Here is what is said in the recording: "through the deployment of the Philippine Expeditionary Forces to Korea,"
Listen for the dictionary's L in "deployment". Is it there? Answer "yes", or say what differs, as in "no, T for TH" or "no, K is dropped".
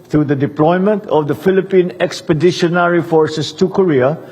yes